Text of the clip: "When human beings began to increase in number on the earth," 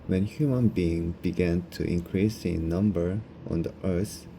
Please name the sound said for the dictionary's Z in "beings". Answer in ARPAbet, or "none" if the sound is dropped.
none